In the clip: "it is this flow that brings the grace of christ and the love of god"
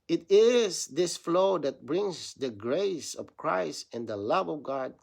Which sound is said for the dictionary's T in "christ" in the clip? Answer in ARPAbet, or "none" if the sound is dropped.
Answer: T